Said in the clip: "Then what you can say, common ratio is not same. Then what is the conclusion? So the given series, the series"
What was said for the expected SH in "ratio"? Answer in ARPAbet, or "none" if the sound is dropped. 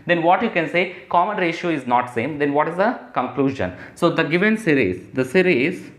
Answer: SH